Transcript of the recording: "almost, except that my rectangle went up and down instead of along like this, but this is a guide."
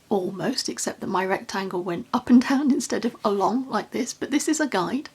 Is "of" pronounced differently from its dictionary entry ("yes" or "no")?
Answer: no